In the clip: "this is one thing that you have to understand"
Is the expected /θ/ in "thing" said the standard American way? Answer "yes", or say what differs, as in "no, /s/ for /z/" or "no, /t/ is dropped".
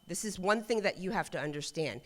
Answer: yes